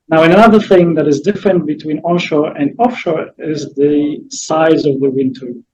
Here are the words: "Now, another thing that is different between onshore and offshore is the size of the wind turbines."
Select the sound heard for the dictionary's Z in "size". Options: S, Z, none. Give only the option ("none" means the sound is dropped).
Z